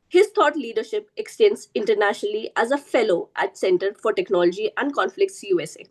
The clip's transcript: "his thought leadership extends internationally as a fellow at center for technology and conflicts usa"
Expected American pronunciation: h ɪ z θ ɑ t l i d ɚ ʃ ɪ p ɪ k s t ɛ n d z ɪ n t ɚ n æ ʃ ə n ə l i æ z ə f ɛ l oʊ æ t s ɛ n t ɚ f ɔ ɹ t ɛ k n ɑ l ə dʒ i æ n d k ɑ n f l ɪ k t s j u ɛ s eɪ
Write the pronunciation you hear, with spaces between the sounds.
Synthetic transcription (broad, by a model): h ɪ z t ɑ t l i d ɚ ʃ ɪ p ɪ k s t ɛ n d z ɪ n t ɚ n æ ʃ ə n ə l i æ z ə f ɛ l oʊ æ t s ɛ n t ɚ f ɔ ɹ t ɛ k n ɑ l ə dʒ i æ n d k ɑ n f l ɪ k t s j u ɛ s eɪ